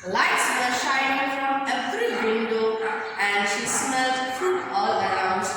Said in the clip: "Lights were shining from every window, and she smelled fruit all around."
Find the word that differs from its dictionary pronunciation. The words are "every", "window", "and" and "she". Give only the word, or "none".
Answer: every